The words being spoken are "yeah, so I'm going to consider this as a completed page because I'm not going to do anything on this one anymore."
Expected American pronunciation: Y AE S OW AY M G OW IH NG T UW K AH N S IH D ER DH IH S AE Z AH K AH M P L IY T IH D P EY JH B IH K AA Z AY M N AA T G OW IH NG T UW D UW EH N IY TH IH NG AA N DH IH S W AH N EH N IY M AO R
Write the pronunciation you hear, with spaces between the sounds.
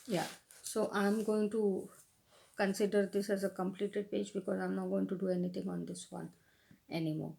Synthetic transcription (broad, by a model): Y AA S OW AY M G OW IH NG T UW K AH N S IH D ER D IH S AE Z AH K AH M P L IY T IH D P EY JH B IH K AA Z AY M N AA T G OW IH NG T UW D UW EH N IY T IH NG AA N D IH S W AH N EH N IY M AO R